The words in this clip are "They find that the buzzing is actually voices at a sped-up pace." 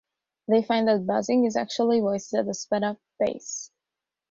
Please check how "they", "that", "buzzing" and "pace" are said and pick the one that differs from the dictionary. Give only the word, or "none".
pace